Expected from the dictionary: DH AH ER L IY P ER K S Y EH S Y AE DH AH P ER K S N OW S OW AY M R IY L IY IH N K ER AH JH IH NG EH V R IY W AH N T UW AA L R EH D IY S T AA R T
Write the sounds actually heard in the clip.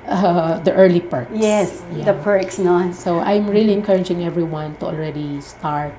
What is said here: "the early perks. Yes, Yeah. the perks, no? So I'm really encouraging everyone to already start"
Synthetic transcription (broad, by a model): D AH ER L IY P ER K Y EH S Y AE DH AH P ER K S N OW S OW AY M R IY L IY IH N K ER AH JH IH NG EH V R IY W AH N T UW AA L R EH D IY S T AA R T